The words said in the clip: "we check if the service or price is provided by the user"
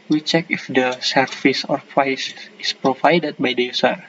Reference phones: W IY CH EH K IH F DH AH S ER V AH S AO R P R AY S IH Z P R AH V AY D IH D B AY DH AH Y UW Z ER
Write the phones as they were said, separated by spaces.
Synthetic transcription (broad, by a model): W IY CH EH K IH F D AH S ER F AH S AO R P R AY S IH S P R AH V AY D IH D B AY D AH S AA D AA